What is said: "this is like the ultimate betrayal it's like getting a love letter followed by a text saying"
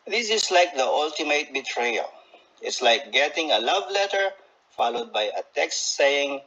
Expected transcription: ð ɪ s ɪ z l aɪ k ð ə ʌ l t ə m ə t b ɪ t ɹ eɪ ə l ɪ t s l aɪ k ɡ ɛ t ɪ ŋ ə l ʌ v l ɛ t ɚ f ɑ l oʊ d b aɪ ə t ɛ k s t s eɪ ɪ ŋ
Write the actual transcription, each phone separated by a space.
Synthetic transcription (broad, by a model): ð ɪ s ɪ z l aɪ k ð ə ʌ l t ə m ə t b ɪ t ɹ eɪ ə l ɪ t s l aɪ k ɡ ɛ t ɪ ŋ ə l ʌ v l ɛ t ɚ f ɑ l oʊ d b aɪ ə t ɛ k s t s eɪ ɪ ŋ